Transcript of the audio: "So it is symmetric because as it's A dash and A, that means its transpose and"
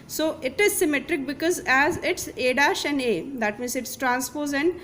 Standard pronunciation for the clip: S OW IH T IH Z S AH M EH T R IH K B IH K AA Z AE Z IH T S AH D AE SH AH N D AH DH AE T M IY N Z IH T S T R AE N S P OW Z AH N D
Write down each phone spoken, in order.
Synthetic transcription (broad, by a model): S OW IH T IH Z S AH M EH T R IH K B IH K AA Z AE Z IH T S AH D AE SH AH N D AH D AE T M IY N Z IH T S T R AE N S P OW Z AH N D